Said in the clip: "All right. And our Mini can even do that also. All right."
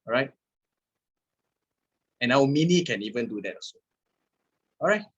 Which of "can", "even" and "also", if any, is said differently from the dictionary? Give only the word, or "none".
also